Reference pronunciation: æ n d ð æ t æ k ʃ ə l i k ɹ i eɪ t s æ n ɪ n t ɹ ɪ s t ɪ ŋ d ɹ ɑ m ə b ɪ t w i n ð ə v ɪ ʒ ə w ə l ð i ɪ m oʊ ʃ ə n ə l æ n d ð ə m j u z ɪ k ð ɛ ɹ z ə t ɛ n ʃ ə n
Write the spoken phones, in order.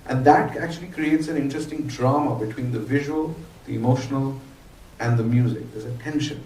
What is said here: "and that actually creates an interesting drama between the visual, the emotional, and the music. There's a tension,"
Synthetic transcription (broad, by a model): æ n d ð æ t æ k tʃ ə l i k ɹ i eɪ t s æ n ɪ n t ɹ ɪ s t ɪ ŋ d ɹ ɑ m ə b ɪ t w i n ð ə v ɪ ʒ ə w ə l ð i ɪ m oʊ ʃ ə n ə l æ n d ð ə m j u z ɪ k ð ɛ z ə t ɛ n ʃ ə n